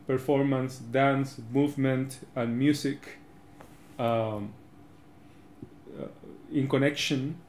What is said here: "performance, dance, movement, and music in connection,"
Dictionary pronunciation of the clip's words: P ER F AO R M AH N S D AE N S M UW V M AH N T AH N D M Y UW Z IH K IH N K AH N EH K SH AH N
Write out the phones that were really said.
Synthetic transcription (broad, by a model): P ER F AO R M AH N S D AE N S M UW V M AH N T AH N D M Y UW S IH K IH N K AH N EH K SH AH N